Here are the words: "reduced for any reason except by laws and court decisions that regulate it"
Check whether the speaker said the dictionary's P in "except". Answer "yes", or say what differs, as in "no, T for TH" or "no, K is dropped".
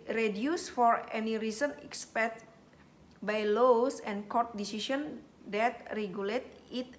no, P is dropped